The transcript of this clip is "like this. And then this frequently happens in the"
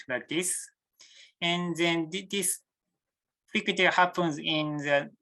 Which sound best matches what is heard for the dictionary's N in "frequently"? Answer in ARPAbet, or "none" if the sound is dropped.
none